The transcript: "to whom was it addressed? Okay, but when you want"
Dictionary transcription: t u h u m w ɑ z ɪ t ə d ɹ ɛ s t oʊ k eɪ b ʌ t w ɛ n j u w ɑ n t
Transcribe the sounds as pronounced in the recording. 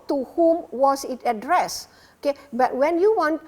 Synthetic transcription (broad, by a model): t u h u m w ɑ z ɪ t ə d ɹ ɛ s oʊ k eɪ b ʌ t w ɛ n j u w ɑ n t